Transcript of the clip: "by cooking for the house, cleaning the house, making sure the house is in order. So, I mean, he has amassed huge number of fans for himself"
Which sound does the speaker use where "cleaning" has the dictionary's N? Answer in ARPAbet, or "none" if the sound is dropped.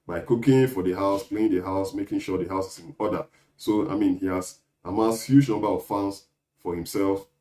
none